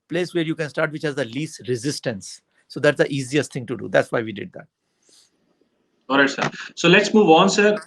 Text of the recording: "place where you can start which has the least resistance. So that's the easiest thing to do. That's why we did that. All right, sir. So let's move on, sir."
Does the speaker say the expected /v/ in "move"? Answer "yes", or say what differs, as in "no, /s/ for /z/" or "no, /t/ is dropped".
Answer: yes